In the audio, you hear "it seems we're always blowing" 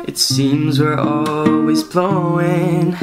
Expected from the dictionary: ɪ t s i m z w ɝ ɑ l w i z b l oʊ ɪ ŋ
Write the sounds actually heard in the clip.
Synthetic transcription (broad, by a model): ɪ t s i m z w ɝ ɑ l w i z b l oʊ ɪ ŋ